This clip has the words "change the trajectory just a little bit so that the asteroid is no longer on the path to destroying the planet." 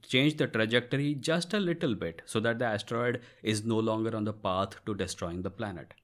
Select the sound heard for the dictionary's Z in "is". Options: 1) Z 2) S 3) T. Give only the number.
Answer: 1